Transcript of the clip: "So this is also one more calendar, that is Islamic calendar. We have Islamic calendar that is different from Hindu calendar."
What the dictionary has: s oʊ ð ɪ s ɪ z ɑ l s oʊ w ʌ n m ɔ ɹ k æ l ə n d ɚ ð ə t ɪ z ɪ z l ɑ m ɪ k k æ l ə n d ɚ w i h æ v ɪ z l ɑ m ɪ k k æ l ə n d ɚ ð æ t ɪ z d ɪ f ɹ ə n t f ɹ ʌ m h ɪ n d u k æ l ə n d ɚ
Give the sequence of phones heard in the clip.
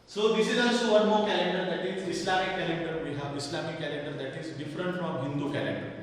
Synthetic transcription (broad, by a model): s oʊ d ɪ s ɪ z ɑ s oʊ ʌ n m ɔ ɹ k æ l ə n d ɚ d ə t ɪ z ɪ s l ɑ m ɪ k k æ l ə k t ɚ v i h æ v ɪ s l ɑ m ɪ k k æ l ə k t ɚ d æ t ɪ z d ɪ f ɹ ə n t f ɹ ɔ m h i n d u k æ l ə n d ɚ